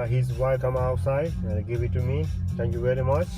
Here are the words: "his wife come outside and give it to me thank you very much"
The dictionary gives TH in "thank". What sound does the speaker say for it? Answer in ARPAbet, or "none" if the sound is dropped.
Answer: T